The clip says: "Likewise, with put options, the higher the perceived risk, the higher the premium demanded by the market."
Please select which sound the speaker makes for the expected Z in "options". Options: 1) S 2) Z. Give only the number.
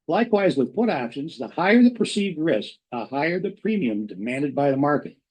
2